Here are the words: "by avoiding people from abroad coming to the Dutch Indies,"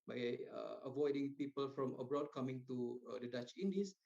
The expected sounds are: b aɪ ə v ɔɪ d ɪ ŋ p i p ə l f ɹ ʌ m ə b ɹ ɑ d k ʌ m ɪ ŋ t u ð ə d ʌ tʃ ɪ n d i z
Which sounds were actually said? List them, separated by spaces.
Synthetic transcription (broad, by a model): b aɪ ə v ɔɪ d ɪ ŋ p i p ə l f ɹ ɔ m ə b ɹ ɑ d k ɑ m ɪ ŋ t u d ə d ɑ tʃ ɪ n d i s